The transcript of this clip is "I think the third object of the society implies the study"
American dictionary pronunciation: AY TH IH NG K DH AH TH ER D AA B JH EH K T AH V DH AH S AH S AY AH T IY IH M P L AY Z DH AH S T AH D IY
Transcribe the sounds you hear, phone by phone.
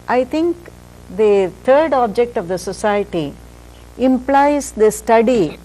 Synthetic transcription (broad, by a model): AY T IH NG K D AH T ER D AA B JH EH K T AH V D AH S AH S AY AH T IY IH M P L AY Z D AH S T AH D IY